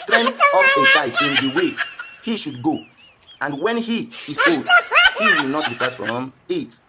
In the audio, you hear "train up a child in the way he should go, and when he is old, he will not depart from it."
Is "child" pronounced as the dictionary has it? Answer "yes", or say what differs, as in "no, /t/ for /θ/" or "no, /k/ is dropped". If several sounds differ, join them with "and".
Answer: no, /s/ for /tʃ/ and /l/ is dropped